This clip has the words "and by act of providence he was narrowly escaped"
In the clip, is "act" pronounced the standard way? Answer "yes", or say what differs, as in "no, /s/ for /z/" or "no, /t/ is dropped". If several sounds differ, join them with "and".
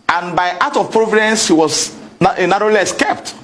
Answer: no, /k/ is dropped